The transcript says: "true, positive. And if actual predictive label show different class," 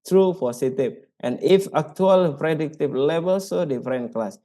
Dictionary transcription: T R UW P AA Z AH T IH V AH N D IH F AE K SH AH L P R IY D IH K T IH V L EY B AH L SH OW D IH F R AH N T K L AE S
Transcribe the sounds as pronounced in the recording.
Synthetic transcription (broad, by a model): T R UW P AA S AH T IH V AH N IH F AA K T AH L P R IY D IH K T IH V L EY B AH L S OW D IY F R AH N K L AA S